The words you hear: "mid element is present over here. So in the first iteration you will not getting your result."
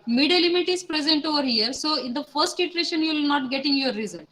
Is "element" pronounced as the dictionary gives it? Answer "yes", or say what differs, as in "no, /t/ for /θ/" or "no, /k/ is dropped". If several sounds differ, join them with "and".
no, /n/ is dropped